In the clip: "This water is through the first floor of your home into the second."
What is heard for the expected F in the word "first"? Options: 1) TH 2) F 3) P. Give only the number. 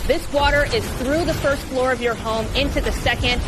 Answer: 2